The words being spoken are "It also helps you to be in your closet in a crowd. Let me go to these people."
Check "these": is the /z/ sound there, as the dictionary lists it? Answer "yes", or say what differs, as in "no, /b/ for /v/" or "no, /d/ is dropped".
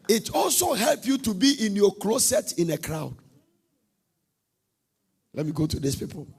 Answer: no, /s/ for /z/